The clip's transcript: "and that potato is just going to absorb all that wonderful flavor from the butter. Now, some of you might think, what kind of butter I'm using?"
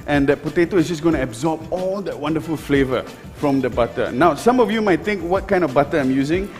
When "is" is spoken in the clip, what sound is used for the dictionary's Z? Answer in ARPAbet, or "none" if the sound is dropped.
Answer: S